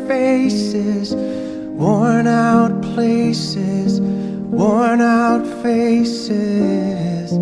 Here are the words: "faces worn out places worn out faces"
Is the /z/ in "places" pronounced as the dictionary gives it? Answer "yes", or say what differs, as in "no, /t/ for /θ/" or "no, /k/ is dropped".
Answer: yes